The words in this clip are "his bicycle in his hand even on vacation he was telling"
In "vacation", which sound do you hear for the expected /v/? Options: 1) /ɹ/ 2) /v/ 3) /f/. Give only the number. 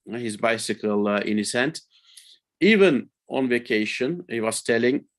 2